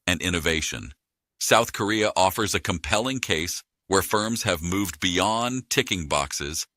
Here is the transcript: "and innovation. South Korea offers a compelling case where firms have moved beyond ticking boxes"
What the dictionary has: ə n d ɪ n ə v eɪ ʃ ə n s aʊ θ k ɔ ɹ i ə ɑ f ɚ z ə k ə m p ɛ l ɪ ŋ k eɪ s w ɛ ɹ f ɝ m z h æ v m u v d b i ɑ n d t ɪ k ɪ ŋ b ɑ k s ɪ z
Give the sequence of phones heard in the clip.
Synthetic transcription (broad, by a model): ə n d ɪ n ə v eɪ ʃ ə n s aʊ θ k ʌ ɹ i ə ɑ f ɚ z ə k ə m p ɛ l ɪ ŋ k eɪ s w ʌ ɹ f ɝ m z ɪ v m u v b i ɑ n t ɪ k ɪ ŋ b ɑ k s ɪ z